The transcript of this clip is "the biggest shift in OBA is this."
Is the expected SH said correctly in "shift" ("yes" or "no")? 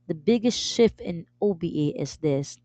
yes